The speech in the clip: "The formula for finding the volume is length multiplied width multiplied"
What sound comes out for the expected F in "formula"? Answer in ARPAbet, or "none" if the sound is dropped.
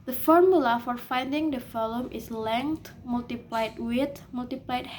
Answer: F